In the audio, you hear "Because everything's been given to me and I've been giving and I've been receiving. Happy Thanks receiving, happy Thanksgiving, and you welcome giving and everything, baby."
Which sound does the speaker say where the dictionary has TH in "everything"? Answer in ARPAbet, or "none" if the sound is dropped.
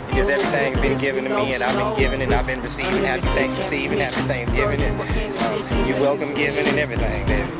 TH